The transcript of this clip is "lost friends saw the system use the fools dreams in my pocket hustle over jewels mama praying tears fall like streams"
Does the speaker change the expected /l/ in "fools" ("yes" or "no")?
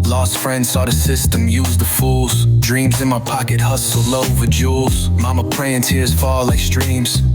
no